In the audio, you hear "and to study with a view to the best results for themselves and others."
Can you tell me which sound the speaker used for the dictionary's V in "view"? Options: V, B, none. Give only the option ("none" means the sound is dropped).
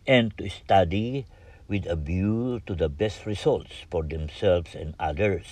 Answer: B